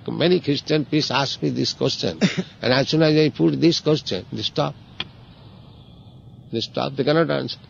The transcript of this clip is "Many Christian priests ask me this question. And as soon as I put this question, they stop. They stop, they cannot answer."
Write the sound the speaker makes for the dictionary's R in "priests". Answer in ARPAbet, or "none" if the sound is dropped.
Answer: none